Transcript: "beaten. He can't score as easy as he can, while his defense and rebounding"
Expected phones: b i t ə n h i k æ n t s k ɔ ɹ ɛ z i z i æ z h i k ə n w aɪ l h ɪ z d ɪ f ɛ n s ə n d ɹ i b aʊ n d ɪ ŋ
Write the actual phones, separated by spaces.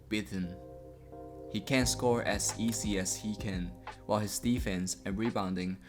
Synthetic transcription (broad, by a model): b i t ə n h i k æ n s k ɔ ɹ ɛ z i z i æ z h i k ə n w aɪ l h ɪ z d ɪ f ɛ n s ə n ɹ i b aʊ n d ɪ ŋ